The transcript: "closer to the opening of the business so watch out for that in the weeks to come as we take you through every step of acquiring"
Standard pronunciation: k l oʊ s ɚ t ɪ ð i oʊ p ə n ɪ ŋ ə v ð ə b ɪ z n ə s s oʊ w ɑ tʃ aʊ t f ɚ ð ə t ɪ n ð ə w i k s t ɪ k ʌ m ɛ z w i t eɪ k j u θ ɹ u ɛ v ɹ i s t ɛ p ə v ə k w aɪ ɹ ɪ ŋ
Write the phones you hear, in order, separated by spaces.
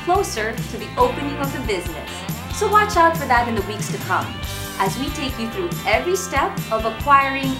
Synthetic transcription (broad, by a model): k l oʊ s ɚ t ɪ ð i oʊ p ə n ɪ ŋ ə v ð ə b ɪ z n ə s s oʊ w ɑ tʃ aʊ t f ɚ ð ə t ɪ n ð ə w i k s t ɪ k ʌ m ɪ z w i t eɪ k j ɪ θ ɹ u ɛ v ɹ i s t ɛ p ə v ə k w aɪ ɹ ɪ ŋ